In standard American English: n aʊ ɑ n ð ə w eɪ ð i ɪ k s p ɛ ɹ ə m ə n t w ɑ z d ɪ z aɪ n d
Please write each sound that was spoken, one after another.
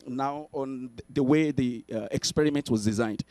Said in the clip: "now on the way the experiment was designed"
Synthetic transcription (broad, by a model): n aʊ ɑ n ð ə w eɪ ð i ɪ k s p ɛ ɹ ə m ə n t w ɑ z d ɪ z aɪ n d